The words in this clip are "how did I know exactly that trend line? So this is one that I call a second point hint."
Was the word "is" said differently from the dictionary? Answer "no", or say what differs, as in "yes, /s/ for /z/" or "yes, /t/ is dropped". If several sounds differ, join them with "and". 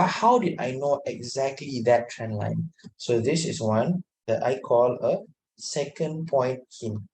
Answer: yes, /s/ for /z/